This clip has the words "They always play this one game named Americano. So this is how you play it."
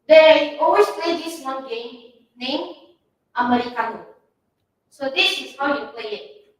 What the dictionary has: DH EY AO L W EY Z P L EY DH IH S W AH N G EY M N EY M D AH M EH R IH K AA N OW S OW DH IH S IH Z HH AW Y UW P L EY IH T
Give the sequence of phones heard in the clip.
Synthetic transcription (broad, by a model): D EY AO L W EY S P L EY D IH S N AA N G EY M N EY M AH M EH R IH K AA N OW S OW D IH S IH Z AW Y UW P L EY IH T